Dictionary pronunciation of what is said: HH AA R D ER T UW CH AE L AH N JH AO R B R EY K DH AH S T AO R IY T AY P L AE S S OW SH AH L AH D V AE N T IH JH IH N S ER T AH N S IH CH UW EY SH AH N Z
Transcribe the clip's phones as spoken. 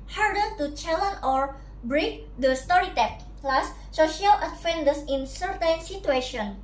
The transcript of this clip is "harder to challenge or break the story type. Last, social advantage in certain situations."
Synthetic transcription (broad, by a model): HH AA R D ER T UW CH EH L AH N AO R B R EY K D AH S T AO R IY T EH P L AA S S OW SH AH L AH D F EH N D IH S IH N S ER T AH N S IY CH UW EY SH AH N